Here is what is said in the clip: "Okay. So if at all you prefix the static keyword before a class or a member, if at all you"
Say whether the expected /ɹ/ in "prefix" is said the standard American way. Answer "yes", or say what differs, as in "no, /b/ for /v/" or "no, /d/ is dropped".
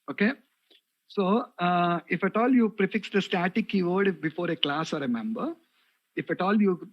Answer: yes